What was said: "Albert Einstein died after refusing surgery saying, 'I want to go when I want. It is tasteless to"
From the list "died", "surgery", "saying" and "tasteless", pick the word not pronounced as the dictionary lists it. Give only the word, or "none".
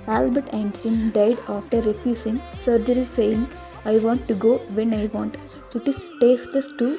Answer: tasteless